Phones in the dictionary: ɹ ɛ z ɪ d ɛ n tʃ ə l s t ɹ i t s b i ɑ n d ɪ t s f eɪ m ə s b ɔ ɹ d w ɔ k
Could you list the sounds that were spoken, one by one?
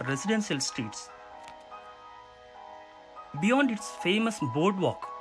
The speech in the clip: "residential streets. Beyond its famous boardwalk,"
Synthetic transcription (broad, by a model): ɹ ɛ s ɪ d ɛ n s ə l s t i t s b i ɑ n d ɪ t s f eɪ m ə s b ɔ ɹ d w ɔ k